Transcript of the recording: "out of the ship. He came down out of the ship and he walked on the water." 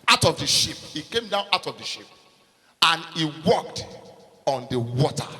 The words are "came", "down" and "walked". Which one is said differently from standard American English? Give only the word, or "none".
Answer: none